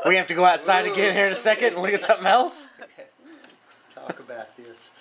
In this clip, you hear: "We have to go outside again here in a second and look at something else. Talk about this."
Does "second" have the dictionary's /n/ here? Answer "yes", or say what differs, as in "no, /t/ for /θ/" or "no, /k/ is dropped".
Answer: yes